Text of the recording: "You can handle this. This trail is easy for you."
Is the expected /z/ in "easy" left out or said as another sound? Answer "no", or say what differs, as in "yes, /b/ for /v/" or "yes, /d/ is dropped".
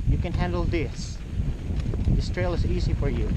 no